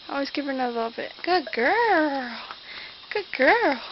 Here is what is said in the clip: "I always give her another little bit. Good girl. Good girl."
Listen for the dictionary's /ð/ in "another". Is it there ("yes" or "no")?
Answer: no